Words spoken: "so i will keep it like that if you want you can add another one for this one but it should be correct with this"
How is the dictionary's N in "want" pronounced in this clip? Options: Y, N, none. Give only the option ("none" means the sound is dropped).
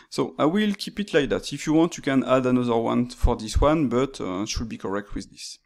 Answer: N